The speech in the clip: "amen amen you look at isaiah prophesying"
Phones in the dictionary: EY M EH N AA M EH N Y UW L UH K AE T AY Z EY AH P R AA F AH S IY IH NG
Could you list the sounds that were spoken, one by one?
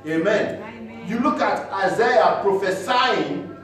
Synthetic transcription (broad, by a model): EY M M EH N Y UW L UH K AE T AY Z EY AH P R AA F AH S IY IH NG